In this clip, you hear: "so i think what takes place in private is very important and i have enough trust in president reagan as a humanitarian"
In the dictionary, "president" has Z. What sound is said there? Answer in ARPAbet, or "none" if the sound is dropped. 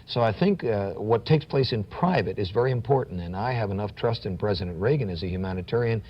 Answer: Z